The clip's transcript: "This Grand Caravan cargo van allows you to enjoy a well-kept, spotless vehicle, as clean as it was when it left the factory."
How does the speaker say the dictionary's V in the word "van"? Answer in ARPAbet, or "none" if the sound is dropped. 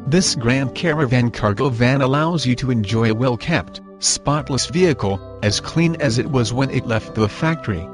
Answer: V